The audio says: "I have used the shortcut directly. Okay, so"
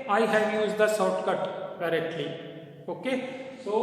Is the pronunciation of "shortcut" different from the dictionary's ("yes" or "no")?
yes